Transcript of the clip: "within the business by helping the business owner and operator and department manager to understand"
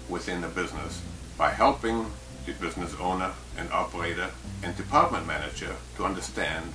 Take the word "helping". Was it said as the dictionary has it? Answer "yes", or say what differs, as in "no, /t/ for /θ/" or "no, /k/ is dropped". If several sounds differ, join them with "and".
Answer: yes